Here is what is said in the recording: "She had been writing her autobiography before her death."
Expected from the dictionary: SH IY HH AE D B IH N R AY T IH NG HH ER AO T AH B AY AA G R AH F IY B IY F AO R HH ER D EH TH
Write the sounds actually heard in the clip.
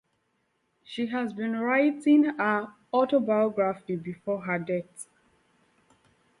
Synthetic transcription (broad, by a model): SH IY HH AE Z B IH N R AY T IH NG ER AO T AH B AY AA G R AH F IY B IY F AO HH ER D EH T